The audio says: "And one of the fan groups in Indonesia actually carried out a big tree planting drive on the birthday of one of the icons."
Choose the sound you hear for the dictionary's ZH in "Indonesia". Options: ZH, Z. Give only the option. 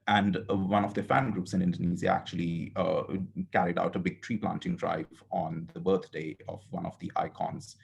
Z